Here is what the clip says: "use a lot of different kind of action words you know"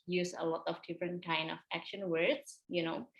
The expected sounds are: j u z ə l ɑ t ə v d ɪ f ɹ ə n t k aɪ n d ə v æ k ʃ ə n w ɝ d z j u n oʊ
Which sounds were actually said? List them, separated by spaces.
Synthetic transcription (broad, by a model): j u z ə l ɑ t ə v d ɪ f ɹ ə n t k aɪ n d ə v æ k ʃ ə n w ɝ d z j u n oʊ